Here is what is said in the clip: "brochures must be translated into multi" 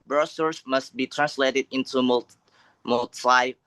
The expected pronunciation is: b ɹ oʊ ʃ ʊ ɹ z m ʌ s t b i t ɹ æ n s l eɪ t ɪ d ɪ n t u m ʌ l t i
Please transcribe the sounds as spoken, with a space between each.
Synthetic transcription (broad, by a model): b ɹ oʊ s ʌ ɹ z m ʌ s t b i t ɹ æ n s l eɪ t ɪ d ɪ n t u m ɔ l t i